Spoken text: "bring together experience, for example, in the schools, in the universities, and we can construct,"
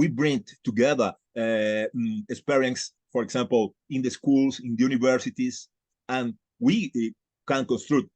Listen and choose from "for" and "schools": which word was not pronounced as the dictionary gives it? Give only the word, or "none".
schools